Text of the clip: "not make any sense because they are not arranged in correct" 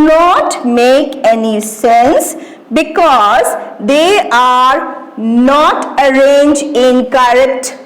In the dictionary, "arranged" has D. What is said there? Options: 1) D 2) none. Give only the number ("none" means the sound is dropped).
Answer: 2